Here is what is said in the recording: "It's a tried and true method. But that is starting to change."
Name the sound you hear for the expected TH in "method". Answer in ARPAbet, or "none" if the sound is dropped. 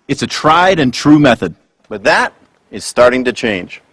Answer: TH